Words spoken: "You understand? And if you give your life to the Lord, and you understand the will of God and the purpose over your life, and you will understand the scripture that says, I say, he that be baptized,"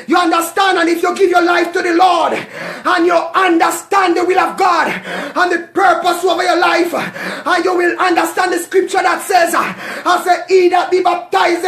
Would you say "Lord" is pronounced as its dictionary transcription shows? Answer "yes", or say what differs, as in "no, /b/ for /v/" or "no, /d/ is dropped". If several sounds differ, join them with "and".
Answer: yes